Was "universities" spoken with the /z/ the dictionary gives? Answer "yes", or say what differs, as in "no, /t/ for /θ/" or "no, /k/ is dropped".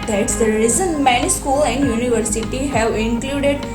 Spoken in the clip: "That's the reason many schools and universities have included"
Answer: no, /z/ is dropped